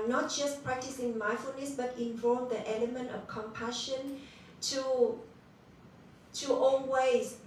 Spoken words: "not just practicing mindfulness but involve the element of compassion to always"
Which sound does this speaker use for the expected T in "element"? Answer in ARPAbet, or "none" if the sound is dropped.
T